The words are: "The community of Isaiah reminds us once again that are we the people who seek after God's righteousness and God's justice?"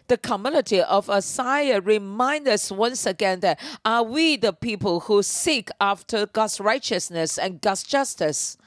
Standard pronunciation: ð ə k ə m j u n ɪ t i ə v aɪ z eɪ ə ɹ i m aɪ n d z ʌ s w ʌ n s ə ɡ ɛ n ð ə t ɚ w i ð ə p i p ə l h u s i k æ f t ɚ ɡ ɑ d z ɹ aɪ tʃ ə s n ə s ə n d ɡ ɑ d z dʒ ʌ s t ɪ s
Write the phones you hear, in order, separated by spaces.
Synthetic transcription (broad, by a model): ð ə k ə m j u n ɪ t i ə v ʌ s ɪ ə ɹ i m aɪ n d ʌ s w ʌ n s ə ɡ ɛ n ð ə t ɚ w i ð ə p i p ə l h u s i k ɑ f t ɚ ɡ ɑ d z ɹ aɪ tʃ ə s n ə s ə n ɡ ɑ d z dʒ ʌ s t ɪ s